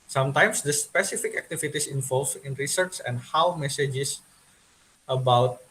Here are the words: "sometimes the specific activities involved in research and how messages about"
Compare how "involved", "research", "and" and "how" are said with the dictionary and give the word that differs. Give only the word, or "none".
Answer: involved